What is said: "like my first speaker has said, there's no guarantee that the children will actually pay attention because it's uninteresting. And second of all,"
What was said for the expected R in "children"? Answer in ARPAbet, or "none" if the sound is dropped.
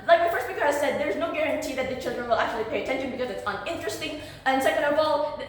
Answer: R